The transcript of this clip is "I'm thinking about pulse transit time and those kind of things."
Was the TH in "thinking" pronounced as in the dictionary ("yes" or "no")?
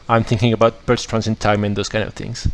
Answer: yes